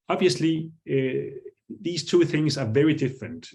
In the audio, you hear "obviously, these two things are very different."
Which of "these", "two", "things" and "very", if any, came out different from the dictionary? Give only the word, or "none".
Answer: none